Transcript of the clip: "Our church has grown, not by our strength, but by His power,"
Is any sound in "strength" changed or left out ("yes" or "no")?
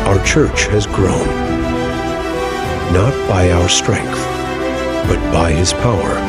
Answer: no